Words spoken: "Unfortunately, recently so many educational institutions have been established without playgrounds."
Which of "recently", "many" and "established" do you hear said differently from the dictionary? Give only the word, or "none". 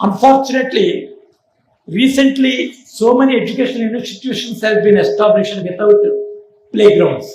established